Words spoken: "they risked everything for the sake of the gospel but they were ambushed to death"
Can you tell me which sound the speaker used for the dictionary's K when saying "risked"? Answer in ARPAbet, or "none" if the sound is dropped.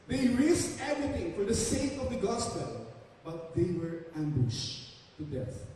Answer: none